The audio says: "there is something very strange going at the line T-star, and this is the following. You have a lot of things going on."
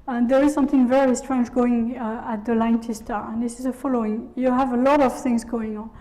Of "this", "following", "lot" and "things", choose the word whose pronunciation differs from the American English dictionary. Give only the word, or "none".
none